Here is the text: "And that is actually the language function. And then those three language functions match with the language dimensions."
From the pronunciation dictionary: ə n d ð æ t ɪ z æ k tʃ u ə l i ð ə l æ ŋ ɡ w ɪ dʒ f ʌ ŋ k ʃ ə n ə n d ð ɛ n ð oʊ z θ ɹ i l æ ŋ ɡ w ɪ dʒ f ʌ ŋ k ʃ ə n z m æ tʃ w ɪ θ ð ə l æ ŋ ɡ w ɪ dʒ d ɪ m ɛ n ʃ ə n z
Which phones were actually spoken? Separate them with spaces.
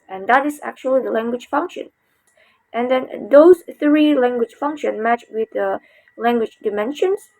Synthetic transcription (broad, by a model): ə n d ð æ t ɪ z æ k tʃ u ə l i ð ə l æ ŋ ɡ w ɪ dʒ f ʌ ŋ k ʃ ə n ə n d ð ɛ n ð oʊ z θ ɹ i l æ ŋ ɡ w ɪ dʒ f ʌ ŋ k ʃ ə n m æ tʃ w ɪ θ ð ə l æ ŋ ɡ w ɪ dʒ d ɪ m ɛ n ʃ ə n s